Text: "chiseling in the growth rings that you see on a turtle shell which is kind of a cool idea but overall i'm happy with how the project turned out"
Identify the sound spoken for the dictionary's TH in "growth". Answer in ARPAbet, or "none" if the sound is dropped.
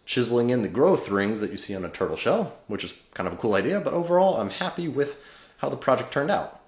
TH